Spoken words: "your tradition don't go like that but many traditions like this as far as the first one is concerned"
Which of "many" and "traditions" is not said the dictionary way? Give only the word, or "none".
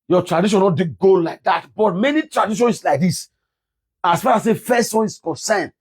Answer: traditions